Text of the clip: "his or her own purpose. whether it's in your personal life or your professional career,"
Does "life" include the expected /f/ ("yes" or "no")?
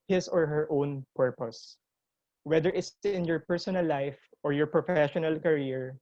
yes